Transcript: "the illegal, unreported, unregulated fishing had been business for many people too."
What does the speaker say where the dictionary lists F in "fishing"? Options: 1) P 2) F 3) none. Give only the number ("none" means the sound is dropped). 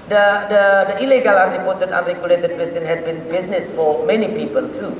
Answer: 1